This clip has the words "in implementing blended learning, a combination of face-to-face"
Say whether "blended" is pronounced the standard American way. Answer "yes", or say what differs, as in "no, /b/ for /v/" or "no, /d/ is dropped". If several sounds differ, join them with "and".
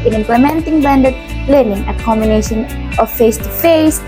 no, /l/ is dropped